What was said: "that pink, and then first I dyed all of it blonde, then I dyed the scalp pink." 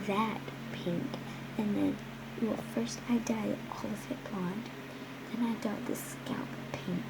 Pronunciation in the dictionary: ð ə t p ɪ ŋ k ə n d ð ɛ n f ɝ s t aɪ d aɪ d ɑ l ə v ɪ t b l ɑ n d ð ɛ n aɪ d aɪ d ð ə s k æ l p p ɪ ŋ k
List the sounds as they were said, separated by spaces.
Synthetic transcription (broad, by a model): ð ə t p ɪ ŋ k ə n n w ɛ l f ɝ s t aɪ d aɪ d ɑ l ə f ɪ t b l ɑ n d ð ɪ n aɪ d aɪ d ð ə s k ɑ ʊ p p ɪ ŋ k